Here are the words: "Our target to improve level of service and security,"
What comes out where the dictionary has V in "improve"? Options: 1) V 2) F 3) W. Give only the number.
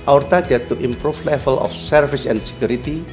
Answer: 2